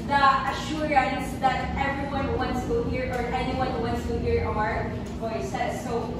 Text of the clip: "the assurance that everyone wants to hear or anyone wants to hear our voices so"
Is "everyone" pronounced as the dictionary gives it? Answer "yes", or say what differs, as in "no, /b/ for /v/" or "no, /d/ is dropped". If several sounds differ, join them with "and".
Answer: yes